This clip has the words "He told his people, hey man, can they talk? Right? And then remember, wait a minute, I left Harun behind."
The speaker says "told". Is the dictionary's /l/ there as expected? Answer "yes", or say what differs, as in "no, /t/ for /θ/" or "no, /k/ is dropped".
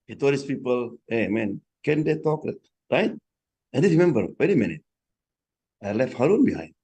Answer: no, /l/ is dropped